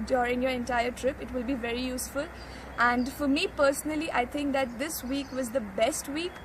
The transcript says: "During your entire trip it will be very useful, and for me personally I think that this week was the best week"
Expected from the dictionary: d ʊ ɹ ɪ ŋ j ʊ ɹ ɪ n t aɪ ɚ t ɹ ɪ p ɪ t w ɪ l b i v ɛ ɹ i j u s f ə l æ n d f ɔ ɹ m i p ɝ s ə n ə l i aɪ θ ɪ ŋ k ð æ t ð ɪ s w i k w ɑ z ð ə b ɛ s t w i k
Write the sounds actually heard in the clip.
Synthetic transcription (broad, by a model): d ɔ ɹ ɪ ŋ j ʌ ɹ ɪ n t aɪ ɚ t ɹ ɪ p ɪ t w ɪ l b i v ɛ ɹ i j u s f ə l æ n d f ɔ ɹ m i p ɝ s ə n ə l i aɪ t ɪ ŋ k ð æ t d ɪ s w i k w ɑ z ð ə b ɛ s t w i k